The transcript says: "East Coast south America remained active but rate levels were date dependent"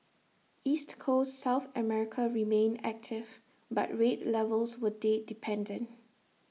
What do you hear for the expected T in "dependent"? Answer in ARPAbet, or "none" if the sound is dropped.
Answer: T